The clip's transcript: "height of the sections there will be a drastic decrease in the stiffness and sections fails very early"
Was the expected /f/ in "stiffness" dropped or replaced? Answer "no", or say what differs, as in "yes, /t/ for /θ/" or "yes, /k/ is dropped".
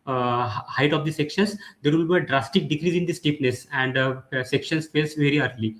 yes, /p/ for /f/